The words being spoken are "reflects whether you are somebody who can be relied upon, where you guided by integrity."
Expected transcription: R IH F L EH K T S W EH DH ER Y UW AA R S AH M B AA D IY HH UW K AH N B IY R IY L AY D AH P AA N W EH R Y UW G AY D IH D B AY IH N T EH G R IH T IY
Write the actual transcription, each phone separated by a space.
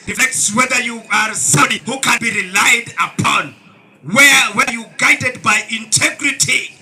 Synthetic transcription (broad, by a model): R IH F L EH K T S W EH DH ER Y UW AA R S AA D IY HH UW K AH N B IY R IY L AY D AH P AA N W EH W Y UW G AY D IH D B AY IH N T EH G R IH T IY